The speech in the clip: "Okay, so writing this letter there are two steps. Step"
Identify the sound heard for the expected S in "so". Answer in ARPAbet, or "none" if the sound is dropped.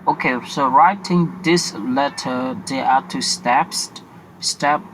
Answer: S